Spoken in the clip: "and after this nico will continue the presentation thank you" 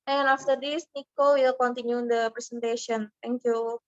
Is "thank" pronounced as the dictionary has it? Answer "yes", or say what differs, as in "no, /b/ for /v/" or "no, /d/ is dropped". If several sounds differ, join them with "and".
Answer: no, /t/ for /θ/